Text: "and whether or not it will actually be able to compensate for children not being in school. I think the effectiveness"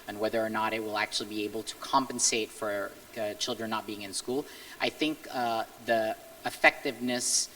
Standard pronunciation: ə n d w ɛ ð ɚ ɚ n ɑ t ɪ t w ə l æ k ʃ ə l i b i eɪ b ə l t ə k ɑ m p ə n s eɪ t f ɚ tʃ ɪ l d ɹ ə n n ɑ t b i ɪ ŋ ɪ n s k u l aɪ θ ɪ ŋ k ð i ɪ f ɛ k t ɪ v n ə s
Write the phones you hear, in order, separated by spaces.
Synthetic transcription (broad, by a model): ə n w ɛ ð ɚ ɚ n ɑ t ɪ t w ə l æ k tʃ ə l i b i eɪ b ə l t ə k ɑ m p ə n s eɪ t f ɚ tʃ ɪ l d ɹ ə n n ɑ t b i ɪ ŋ ɪ n s k u l aɪ θ ɪ ŋ k ð i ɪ f ɛ k t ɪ v n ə s